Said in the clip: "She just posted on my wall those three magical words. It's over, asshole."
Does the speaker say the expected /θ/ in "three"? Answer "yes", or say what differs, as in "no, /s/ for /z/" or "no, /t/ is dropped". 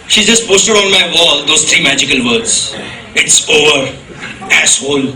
no, /t/ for /θ/